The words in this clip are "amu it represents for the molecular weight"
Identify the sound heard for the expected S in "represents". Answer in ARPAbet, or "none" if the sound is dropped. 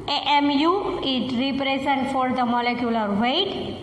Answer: none